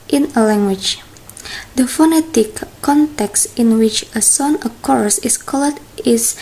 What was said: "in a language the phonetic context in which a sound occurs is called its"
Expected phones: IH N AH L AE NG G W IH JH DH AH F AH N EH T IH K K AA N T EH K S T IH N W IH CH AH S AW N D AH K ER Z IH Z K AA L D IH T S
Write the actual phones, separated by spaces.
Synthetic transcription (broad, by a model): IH N AH L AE NG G W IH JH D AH F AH N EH T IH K K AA N T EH K S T IH N W IH CH AH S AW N AH K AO S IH S K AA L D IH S